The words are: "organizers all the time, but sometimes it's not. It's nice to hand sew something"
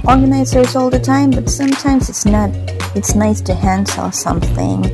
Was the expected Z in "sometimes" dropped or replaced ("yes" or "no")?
no